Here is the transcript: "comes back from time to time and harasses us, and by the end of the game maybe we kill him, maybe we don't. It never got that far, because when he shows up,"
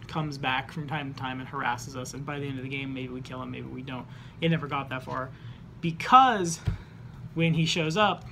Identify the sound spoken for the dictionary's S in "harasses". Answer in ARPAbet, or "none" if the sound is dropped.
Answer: S